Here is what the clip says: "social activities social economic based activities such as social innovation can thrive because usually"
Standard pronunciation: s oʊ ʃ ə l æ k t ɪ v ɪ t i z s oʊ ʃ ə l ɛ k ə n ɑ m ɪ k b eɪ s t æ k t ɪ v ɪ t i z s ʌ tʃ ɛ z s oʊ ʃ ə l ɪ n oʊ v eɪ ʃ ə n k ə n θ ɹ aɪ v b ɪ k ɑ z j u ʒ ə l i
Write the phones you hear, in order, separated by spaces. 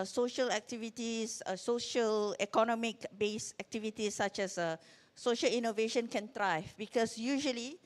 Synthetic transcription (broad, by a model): s oʊ ʃ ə l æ k t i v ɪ t i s s oʊ ʃ ə l ɛ k ə n ɑ m ɪ k b eɪ s æ k t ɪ v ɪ t i s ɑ tʃ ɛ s s oʊ ʃ ə l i n oʊ v eɪ ʃ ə n k ə n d ɹ aɪ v b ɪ k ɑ s j u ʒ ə l i